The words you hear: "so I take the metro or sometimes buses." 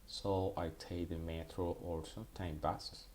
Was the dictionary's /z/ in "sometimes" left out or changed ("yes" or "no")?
yes